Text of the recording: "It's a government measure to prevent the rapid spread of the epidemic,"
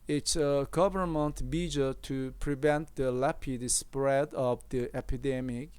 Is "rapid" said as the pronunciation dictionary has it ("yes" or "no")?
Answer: no